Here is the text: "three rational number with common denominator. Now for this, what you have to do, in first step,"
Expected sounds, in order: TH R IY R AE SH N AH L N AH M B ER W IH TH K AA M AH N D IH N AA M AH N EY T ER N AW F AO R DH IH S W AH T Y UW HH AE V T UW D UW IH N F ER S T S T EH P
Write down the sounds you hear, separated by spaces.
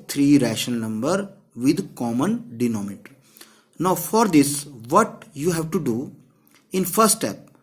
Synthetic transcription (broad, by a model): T R IY R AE SH AH N N AH M B ER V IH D K AA M AH N D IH N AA M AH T N AW F AO R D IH S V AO T Y UW HH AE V T UW D UW IH N F ER S T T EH P